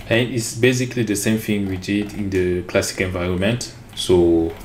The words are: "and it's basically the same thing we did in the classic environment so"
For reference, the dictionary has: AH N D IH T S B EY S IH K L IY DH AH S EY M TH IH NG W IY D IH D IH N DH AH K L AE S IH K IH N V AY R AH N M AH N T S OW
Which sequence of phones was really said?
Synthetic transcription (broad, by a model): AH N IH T S B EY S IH K L IY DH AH S EY M F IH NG W IY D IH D IH N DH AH K L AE S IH K IH N V AY R AH N M AH N T S OW